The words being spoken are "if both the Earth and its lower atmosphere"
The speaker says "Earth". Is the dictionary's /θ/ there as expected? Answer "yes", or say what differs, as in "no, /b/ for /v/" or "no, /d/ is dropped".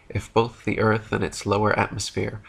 yes